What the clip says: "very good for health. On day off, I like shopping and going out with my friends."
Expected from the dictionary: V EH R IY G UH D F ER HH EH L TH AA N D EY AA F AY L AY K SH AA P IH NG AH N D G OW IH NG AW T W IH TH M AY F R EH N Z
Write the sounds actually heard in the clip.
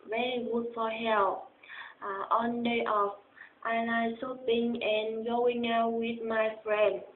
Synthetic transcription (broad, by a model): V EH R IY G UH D F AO HH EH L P AA N D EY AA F AY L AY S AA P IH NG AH N G OW IH NG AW W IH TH M AY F R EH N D